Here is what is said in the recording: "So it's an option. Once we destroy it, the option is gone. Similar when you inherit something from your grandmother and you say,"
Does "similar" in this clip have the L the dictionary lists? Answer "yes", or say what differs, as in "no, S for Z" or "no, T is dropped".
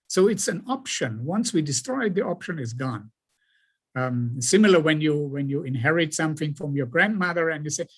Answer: no, W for L